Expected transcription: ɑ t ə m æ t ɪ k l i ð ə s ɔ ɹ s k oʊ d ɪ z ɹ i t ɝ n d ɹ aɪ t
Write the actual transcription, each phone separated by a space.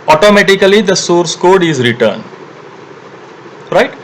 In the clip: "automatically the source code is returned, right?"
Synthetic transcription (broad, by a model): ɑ t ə m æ t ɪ k l i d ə s ɔ ɹ s k oʊ d ɪ z ɹ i t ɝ n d ɹ aɪ t